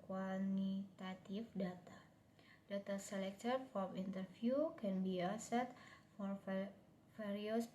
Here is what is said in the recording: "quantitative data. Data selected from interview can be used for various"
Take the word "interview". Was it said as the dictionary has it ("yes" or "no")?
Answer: no